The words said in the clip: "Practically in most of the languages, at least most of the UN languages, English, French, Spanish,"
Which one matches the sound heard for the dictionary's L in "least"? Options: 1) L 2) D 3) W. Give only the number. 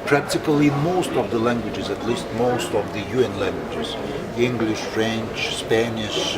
1